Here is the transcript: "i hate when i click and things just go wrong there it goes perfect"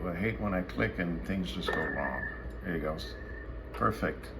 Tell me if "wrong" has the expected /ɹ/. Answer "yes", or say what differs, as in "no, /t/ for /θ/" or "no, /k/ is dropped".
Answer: no, /l/ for /ɹ/